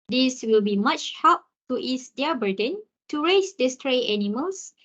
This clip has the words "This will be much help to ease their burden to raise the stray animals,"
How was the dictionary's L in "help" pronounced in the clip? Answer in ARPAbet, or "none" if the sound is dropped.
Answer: none